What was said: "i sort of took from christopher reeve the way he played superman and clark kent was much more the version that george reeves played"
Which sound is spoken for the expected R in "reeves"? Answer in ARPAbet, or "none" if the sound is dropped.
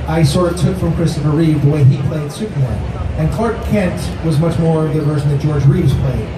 R